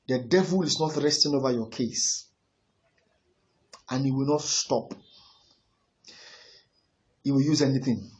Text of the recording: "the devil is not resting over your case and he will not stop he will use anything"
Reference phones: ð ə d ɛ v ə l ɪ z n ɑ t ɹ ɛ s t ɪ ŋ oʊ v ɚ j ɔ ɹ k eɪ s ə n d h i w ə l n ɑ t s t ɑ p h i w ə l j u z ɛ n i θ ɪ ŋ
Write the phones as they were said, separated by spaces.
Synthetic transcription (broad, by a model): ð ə d ɛ v ə l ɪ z n ɑ t ɹ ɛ s t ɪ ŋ oʊ v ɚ j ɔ k eɪ s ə n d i w ə l n ɑ t s t ɑ p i w ə l j u z ɛ n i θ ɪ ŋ